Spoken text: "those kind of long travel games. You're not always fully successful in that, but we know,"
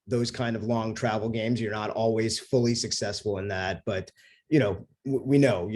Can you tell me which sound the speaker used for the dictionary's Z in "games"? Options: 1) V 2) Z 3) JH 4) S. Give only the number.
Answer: 2